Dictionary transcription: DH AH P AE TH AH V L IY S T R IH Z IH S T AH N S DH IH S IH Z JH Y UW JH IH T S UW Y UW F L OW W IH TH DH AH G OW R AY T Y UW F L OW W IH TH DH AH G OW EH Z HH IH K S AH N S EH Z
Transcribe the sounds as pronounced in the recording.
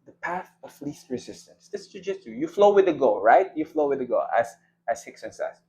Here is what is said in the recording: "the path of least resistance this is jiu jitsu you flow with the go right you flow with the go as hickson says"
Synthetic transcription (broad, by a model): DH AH P AE TH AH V L IY S T R IH Z IH S T AH N S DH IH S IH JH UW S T UW Y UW F L OW W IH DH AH G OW R AY T Y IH F L OW W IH DH AH G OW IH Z HH IH K S AH N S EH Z